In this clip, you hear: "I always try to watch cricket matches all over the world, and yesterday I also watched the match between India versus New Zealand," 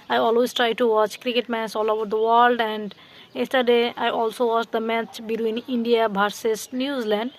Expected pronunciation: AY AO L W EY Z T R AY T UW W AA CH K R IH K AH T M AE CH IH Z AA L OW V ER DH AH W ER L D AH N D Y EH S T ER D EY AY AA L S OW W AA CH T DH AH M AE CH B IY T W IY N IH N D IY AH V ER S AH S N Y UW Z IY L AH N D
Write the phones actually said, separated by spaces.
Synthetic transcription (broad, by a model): AY AO L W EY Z T R AY T UW W AA CH K R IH K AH T M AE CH AA L OW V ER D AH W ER L D AH N D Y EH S T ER D EY AY AA L S OW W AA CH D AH M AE CH B IY T W IY N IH N D IY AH B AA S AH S N Y UW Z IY L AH N D